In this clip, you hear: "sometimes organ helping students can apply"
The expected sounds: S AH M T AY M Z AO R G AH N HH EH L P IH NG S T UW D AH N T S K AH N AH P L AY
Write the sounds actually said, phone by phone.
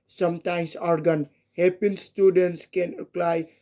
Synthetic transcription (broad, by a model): S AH M T AY M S AO R G AH N HH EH P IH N S T UW D AH N T S K AH N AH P L AY